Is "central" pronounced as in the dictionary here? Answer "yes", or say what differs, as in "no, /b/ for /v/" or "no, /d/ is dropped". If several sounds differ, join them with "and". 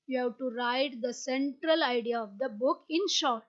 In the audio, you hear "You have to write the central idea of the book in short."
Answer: yes